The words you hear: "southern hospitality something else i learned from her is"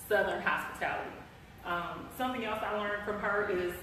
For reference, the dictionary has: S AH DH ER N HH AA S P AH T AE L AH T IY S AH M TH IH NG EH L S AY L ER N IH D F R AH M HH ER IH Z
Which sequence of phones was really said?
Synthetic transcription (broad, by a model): S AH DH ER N HH AA S P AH T AE L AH T IY S AH M TH IH NG EH L S AY L ER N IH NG F R AH M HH ER IH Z